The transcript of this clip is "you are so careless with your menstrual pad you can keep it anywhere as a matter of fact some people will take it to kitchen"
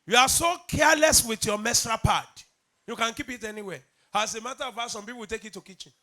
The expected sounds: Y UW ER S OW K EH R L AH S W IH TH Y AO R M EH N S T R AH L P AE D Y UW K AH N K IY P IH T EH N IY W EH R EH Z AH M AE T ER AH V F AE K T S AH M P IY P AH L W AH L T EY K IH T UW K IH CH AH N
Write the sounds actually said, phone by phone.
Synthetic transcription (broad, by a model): Y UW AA S OW K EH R L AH S W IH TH Y AO M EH S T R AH P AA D Y UW K AH N K IY P IH T EH N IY W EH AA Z AH M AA T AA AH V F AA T S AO M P IY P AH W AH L T EY K IH T UW K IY CH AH N